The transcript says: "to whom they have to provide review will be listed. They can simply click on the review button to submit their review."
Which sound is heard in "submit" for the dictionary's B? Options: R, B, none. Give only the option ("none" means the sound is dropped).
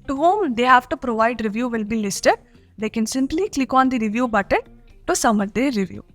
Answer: none